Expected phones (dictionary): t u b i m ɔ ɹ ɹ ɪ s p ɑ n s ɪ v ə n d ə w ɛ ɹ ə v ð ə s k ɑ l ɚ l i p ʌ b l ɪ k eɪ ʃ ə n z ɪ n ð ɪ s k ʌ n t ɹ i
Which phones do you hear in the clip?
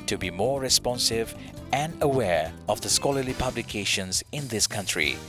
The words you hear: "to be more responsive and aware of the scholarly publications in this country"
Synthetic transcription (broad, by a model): t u b i m ɔ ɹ ɹ ɪ s p ɑ n s ɪ v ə n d ə w ɛ ɹ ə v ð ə s k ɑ l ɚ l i p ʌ b l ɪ k eɪ ʃ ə n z ɪ n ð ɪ s k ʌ n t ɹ i